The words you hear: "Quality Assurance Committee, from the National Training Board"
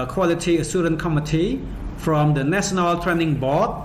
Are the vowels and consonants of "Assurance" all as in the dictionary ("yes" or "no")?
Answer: no